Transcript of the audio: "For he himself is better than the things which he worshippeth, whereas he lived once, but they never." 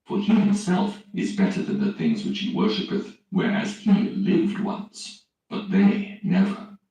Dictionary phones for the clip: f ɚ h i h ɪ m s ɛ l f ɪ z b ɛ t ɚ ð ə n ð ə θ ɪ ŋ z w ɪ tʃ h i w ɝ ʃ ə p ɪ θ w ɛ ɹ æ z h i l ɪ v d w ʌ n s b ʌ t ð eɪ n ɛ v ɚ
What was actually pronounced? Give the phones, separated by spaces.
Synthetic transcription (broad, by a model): f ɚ i h ɪ m s ɛ l f ɪ z b ɛ t ɚ ð ə n ð ə θ ɪ ŋ z w ɪ tʃ h i w ɝ ʃ ə p ɪ θ w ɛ ɹ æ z h i l ɪ v d w ʌ n s b ʌ t ð eɪ n ɛ v ɚ